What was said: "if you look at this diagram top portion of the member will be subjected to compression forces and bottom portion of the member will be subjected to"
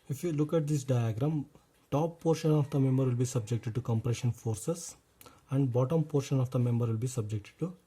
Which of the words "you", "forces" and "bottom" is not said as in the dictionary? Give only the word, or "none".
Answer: forces